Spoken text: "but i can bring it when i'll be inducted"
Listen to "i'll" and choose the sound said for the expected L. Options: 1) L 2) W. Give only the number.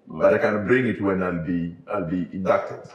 1